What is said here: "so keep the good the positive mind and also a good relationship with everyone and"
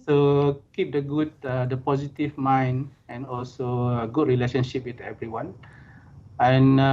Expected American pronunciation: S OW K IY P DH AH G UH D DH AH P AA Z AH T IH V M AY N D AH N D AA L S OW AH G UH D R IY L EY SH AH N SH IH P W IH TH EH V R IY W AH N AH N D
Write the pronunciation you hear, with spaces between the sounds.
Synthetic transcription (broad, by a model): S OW K IY P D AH G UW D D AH P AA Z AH T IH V M AY N AH N AA L S OW AH G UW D R IY L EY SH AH N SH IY P W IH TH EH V R IY W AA N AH N